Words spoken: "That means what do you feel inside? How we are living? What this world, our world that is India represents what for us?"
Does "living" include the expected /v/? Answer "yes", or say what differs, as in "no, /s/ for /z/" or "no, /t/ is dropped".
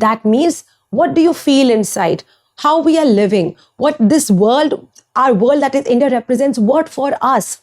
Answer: yes